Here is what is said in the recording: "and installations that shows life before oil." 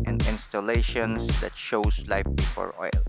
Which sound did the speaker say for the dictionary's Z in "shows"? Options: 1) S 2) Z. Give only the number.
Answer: 1